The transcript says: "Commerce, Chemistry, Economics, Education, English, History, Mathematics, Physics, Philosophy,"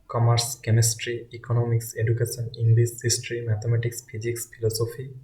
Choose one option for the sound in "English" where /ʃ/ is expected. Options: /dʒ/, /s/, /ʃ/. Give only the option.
/s/